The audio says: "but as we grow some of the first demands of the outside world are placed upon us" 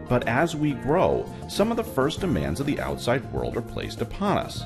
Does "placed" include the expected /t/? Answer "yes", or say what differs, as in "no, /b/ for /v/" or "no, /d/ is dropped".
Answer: yes